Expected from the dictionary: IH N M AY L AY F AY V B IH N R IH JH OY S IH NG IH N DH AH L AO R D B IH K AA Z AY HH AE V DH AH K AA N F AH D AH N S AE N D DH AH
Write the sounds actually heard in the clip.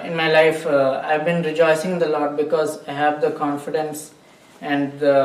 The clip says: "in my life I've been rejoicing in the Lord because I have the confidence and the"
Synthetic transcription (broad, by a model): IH N M AY L AY F AY V B IH N R IH JH OY S IH NG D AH L AO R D B IH K AA Z AY HH AE V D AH K AA N F AH D AH N S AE N D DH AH